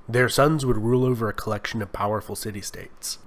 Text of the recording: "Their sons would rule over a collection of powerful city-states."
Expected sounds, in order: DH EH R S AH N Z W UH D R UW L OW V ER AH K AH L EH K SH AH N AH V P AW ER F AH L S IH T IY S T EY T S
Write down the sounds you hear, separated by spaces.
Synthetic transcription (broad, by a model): DH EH R S AH N Z W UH D R UW L OW V ER AH K AH L EH K SH AH N AH V P AW ER F L S IH T IY S T EY T S